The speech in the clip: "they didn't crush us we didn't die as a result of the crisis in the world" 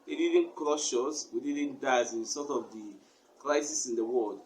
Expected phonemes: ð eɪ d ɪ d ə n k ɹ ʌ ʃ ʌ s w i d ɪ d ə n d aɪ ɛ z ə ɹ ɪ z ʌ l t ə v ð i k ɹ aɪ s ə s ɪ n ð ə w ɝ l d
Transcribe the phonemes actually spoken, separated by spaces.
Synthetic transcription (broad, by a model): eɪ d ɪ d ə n k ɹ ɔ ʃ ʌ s w i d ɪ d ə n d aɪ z ə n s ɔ t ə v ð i k ɹ aɪ s ə s ɪ n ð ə w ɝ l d